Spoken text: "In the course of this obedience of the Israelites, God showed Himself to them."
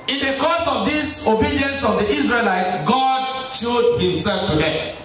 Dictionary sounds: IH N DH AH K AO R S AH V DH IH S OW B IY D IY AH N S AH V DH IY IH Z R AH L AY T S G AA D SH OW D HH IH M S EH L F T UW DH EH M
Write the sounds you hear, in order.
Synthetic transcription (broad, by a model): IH N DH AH K AO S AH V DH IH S OW B IY D IY AH N S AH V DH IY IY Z R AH L AY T G AA D SH OW D HH IH M S EH L F T UW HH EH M